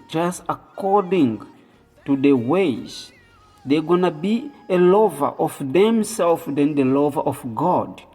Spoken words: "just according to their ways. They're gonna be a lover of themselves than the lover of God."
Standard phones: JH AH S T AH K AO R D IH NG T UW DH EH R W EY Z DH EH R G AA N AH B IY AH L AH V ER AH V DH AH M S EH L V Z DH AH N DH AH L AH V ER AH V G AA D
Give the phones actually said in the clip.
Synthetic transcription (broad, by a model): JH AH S T AH K AO R D IH NG T UW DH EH W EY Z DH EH G AA N AH B IY AH L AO V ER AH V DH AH M S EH L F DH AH N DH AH L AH V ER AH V G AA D